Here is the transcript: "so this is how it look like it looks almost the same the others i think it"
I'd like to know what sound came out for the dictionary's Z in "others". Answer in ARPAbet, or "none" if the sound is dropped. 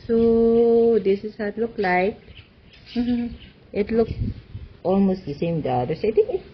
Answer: S